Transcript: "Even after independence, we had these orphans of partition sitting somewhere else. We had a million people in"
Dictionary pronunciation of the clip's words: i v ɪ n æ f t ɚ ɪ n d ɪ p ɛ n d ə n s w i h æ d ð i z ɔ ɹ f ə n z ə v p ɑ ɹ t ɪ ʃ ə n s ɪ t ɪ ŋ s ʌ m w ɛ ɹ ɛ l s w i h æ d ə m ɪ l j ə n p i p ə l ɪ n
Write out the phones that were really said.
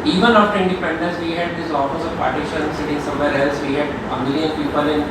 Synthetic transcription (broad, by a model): i v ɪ n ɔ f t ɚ ɪ n d ɪ p ɛ n d ə n s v i h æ d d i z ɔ l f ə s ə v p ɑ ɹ t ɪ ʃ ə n s ɪ t ɪ ŋ s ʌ m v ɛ ɹ ɛ l s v i h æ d ə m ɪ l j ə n p i p ə l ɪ n